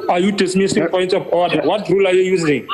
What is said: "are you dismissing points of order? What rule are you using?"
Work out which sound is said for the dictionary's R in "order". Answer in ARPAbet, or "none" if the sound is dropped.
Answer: W